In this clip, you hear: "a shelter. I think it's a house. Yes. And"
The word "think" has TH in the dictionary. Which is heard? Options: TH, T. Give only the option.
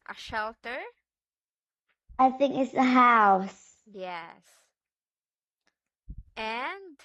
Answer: TH